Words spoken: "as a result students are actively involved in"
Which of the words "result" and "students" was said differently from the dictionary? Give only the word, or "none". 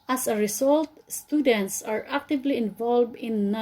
result